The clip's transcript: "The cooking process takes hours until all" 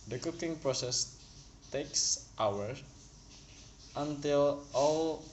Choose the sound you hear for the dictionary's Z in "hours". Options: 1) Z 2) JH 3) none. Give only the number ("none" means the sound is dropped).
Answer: 3